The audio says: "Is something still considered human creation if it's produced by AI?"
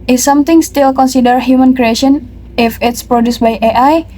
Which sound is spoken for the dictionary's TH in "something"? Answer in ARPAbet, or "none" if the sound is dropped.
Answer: T